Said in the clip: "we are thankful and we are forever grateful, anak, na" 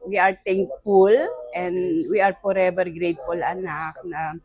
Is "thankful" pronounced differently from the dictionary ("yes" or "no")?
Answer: yes